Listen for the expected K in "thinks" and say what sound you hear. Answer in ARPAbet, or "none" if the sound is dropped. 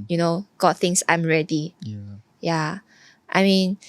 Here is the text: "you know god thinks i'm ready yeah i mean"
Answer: none